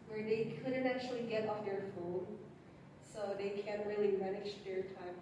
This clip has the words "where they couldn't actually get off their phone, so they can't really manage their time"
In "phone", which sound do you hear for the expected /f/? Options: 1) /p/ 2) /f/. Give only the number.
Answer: 2